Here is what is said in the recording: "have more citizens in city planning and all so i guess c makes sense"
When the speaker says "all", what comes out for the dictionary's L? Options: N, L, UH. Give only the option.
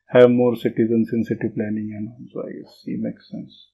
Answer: N